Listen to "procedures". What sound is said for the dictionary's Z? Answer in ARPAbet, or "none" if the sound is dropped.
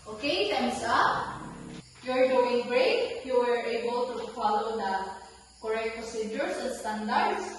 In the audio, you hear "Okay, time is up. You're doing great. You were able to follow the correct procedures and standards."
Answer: S